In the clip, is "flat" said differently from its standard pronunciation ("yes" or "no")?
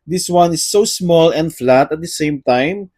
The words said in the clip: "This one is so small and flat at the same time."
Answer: no